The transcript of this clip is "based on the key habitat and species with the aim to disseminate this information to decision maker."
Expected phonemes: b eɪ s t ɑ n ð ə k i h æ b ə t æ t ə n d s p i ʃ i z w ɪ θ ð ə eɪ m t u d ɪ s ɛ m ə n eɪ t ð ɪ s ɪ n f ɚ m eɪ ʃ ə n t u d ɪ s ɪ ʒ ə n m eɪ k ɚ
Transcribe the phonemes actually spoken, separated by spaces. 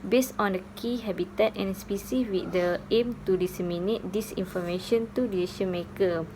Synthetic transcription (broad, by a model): b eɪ s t ɑ n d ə k i h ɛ b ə t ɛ t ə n s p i s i w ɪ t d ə eɪ m t u d ɪ s ɛ m ə n eɪ t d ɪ s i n f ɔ m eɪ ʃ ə n t u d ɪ ɪ ʃ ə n m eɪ k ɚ